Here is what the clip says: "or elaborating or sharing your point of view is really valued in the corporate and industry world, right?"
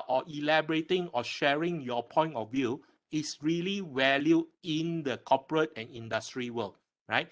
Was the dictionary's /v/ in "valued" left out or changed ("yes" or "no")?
yes